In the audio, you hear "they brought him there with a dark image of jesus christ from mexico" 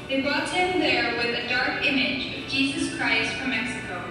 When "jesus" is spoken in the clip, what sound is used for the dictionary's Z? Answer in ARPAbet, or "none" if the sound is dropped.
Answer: Z